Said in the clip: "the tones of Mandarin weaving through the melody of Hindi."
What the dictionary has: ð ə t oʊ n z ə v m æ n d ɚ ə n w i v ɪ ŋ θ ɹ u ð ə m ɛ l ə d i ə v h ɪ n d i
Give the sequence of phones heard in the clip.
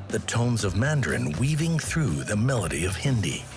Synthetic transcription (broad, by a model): ð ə t oʊ n z ə v m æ n d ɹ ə n w i v ɪ ŋ θ ɹ u ð ə m ɛ l ə d i ə v h ɪ n d i